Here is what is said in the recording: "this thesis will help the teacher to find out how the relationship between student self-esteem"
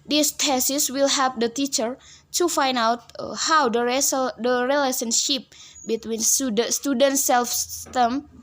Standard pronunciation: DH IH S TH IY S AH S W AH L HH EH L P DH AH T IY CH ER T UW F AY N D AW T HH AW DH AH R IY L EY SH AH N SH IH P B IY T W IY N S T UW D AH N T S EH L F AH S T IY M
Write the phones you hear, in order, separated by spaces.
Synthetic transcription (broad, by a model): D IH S T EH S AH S W AH L HH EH P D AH T IY CH ER T UW F AY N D AW T HH AW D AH R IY L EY S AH N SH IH P B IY T W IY N S T UW D AH N T S EH L F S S T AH M